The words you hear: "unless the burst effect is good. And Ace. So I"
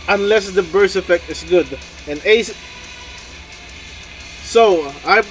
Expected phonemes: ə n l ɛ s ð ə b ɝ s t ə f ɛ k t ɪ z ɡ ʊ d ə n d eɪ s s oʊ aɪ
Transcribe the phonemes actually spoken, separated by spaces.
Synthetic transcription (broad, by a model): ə n l ɛ s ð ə b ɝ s ə f ɛ k t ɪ s ɡ ʊ d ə n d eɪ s s oʊ aɪ